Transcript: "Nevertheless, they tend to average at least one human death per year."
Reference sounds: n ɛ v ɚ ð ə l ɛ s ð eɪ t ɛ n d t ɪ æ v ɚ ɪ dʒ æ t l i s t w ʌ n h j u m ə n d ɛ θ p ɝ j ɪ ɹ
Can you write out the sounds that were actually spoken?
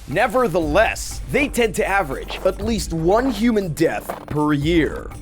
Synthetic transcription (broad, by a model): n ɛ v ɚ ð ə l ɛ s ð eɪ t ɛ n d t ɪ æ v ɚ ɪ dʒ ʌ t l i s t w ʌ n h j u m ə n d ɛ θ p ɝ j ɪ ɹ